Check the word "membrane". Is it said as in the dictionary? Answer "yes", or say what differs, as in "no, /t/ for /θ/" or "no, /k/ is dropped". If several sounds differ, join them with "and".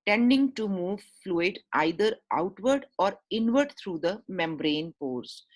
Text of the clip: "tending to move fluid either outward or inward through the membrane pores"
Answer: yes